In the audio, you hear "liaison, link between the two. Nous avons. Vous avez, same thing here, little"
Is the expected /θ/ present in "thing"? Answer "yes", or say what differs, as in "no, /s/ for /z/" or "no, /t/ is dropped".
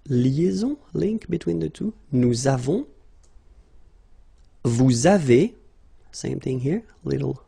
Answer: yes